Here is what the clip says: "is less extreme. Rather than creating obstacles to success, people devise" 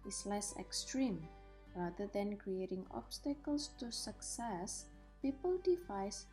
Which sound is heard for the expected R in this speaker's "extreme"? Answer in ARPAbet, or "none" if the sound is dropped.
R